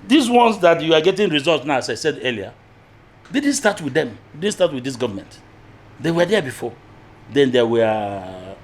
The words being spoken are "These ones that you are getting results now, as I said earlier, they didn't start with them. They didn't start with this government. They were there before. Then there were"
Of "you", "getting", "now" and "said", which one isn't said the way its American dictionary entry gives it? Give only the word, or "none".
none